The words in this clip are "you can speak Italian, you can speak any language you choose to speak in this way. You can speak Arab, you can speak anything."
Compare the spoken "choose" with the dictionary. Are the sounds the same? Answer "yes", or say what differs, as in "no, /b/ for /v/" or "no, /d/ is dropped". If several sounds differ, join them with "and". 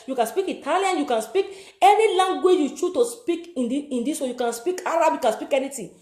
no, /z/ is dropped